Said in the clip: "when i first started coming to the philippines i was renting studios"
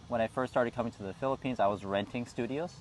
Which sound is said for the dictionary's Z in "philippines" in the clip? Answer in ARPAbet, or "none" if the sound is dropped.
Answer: Z